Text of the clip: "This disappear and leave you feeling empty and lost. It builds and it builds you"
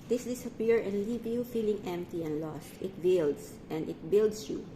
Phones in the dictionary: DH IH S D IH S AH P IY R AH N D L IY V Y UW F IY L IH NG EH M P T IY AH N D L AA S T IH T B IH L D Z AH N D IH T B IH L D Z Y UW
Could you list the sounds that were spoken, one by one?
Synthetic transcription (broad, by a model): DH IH S D IH S AH P IY R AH N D L IY V Y UW F IY L IH NG EH M P T IY AH N D L AA S T IH T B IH L D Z AH N D IH T B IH L D S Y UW